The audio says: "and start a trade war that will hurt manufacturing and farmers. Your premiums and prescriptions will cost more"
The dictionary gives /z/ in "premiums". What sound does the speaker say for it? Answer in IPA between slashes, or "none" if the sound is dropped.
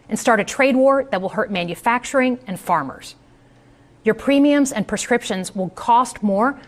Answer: /z/